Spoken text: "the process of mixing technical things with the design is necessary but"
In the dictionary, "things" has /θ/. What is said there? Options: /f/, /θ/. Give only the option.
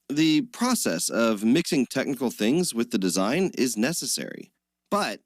/θ/